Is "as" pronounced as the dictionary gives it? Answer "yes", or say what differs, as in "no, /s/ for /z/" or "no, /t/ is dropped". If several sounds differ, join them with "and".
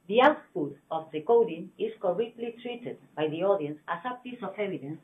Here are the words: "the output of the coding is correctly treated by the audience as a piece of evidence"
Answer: no, /s/ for /z/